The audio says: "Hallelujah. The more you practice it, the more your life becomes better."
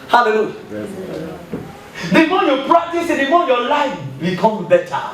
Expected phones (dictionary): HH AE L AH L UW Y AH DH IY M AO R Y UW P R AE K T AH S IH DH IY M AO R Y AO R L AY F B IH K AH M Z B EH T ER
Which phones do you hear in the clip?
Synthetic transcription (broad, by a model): HH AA L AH L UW Y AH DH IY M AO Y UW P R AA K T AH S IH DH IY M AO Y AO L AY F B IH K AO M B EH T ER